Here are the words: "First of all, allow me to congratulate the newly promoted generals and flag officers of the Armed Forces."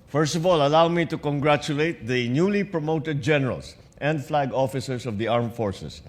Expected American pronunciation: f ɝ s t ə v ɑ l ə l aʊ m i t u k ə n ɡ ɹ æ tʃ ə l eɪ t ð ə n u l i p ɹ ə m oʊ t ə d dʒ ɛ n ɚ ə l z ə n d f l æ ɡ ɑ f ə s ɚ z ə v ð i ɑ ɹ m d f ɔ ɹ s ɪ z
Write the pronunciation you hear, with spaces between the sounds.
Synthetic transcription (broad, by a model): f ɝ s t ə v ɑ l ə l aʊ m i t u k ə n ɡ ɹ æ tʃ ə l eɪ t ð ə n u l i p ɹ ə m oʊ t ə d dʒ ɛ n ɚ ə l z ə n d f l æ ɡ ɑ f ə s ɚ s ə v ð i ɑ ɹ m f ɔ ɹ s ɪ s